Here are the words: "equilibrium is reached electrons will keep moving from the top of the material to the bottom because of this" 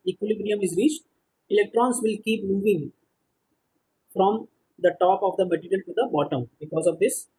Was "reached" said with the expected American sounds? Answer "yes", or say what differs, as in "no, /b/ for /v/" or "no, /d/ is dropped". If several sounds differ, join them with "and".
yes